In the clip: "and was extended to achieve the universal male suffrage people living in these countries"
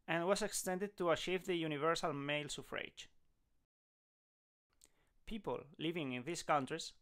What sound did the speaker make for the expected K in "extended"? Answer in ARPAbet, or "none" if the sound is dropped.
K